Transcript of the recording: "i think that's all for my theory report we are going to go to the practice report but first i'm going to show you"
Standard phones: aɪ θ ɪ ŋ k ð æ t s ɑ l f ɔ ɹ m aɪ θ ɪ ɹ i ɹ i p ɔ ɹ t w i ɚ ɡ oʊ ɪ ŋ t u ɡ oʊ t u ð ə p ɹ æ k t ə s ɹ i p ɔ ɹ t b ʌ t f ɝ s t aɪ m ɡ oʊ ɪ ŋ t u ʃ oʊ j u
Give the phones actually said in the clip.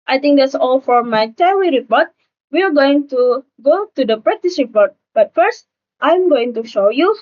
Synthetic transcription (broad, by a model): aɪ t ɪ ŋ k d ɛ t s ɑ l f ɔ ɹ m aɪ t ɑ w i ɹ i p ɔ ɹ t w i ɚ ɡ oʊ ɪ ŋ t u ɡ oʊ t u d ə p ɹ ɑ t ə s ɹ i p ɔ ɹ t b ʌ t f ɝ s t aɪ m ɡ oʊ ɪ ŋ t u ʃ oʊ j u